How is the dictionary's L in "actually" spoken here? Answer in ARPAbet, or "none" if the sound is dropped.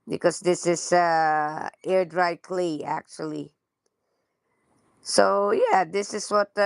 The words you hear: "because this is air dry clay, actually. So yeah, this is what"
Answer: L